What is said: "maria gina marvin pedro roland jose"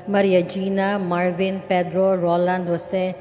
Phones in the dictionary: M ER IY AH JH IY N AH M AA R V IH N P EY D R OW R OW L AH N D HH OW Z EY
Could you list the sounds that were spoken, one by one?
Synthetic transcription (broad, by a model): M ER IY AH JH IY N AH M AA R V IH N P EY D R OW R OW L AH N D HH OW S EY